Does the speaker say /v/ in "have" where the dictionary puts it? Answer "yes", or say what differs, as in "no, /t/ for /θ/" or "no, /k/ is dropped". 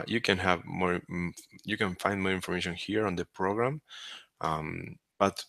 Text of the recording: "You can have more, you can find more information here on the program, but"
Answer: yes